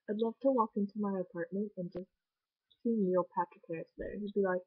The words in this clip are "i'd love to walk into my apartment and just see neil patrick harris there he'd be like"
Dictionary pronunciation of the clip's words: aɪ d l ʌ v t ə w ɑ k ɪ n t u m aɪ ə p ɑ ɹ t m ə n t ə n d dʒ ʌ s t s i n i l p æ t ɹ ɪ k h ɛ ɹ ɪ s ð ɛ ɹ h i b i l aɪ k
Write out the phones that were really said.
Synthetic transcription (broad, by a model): aɪ d l ʌ v t ə w ɑ k ɪ n t u m aɪ ə p ɑ ɹ t m ə n t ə n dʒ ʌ s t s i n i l p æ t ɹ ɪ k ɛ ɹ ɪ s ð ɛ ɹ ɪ b i l aɪ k